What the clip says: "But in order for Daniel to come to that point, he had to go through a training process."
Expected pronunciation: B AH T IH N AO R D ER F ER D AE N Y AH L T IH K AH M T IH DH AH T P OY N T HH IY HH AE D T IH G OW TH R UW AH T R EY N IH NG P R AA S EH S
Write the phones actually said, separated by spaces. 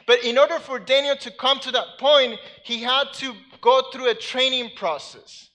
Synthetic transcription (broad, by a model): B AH T IH N AO R D ER F ER D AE N Y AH L T IH K AH M T IH DH AH T P OY N T HH IY HH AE D T IH G OW TH R UW AH T R EY N IH NG P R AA S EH S